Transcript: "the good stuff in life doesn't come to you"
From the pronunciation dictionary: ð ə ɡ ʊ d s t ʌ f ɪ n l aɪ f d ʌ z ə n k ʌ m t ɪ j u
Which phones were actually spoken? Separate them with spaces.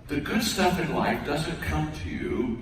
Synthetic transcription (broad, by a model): ð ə ɡ ʊ d s t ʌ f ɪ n l aɪ f d ʌ z ə n k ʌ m t ɪ j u